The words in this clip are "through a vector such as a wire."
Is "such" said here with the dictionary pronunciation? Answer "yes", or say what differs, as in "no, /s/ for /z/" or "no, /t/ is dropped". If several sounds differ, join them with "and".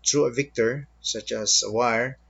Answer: yes